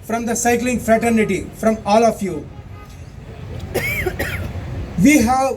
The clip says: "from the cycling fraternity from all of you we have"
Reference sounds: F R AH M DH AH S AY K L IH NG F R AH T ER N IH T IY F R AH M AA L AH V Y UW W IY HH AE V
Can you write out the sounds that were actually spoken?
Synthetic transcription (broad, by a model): F R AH M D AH S AY K L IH NG F R AH T ER N IH T IY F R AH M AA L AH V Y UW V IY HH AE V